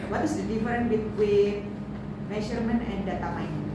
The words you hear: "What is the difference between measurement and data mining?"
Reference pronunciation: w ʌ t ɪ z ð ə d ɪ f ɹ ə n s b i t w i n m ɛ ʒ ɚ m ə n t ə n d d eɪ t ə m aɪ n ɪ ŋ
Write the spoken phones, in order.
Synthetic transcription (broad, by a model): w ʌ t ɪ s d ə d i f ɹ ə n b i t w i n m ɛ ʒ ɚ m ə n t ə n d d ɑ t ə m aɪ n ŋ